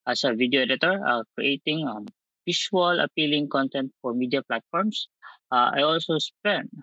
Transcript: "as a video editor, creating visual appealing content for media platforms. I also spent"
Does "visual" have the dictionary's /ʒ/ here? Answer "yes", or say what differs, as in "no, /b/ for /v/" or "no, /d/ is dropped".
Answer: no, /s/ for /ʒ/